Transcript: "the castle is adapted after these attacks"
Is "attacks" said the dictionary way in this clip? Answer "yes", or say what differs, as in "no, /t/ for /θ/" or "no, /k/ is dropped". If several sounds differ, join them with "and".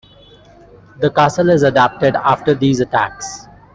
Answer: yes